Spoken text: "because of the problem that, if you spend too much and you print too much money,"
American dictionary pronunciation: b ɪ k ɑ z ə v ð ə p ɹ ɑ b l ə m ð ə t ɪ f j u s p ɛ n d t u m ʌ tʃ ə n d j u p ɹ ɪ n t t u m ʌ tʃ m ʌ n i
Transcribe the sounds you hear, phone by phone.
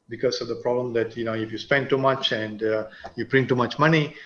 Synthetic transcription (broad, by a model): b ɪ k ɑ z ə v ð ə p ɹ ɑ b l ə m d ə t ɪ f j u s p ɛ n d t u m ʌ tʃ ə n d j u b ɹ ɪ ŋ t t u m ʌ tʃ m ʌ n i